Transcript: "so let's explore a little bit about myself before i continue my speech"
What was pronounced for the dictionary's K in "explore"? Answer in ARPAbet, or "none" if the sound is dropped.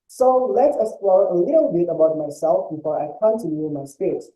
none